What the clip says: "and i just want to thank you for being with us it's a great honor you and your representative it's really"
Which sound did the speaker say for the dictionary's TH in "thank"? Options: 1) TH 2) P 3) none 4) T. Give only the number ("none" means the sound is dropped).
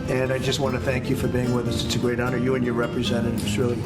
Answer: 1